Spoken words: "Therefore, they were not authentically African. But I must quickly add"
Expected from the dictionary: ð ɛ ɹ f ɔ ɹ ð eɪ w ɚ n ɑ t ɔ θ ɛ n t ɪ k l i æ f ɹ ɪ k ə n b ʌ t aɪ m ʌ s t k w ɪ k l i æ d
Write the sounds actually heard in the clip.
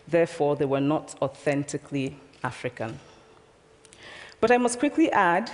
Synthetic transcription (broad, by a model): ð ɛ ɹ f ɔ ɹ ð eɪ w ɚ n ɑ t ɔ θ ɛ n t ɪ k l i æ f ɹ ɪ k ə n b ʌ t aɪ m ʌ s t k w ɪ k l i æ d